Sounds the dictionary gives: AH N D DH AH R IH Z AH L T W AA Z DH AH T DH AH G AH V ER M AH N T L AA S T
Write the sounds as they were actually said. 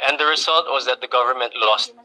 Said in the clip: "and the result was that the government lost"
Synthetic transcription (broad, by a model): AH N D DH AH R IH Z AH L T W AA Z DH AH T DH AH G AH V ER M AH N T L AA S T